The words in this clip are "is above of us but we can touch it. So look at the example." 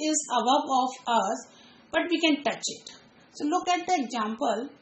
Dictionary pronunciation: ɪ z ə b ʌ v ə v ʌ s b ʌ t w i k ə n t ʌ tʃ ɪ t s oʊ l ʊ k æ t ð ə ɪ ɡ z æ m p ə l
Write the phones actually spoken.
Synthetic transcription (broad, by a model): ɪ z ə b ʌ b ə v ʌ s b ʌ t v i k ə n t ʌ tʃ ɪ t s oʊ l ʊ k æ t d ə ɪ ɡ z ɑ m p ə l